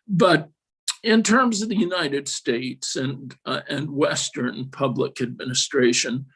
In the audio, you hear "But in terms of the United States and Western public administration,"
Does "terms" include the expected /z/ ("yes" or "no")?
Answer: yes